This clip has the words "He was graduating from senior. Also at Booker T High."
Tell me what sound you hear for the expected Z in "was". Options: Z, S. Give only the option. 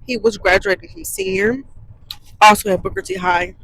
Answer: Z